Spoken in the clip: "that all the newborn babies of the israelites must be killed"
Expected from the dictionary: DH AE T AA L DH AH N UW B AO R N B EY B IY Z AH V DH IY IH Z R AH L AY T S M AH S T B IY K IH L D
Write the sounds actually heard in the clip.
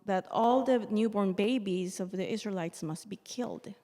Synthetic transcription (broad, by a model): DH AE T AA L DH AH N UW B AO R N B EY B IY Z AH V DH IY IH Z R AH L AY T S M AH S T B IY K IH L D